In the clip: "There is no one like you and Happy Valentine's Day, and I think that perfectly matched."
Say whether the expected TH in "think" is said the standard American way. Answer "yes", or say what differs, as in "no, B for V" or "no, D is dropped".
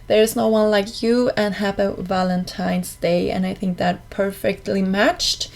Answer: yes